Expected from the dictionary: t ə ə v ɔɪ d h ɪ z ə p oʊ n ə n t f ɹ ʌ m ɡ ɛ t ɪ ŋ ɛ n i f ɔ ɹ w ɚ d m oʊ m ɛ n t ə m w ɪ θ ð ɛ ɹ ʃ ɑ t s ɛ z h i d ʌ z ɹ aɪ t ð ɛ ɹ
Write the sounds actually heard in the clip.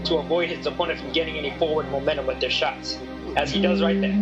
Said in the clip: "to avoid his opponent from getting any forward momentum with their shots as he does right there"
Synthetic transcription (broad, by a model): t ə ə v ɔɪ d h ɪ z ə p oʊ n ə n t f ɹ ʌ m ɡ ɛ t ɪ ŋ ɛ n i f ɔ ɹ w ɚ d m oʊ m ɛ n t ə m w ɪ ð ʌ ɹ ʃ ɑ t s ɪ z i d ʌ z ɹ aɪ t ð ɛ